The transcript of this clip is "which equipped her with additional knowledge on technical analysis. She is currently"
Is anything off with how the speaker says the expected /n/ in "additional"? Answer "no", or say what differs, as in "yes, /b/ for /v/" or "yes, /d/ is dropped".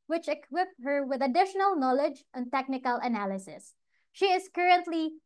no